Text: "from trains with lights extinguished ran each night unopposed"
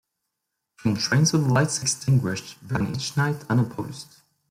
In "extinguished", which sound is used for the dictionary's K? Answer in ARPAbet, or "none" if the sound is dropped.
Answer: K